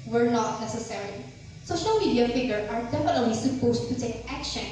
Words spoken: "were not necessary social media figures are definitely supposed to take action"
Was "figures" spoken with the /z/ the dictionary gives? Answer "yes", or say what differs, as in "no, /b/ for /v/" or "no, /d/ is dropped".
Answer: no, /z/ is dropped